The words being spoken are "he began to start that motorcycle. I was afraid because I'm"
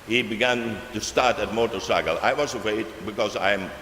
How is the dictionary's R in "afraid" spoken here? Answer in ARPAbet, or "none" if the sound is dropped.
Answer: none